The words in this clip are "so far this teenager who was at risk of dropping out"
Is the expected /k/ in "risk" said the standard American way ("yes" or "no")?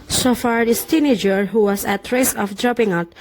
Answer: no